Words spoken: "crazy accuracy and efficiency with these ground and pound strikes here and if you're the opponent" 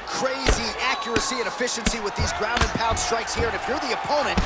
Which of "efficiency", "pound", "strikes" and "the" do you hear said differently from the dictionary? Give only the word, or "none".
pound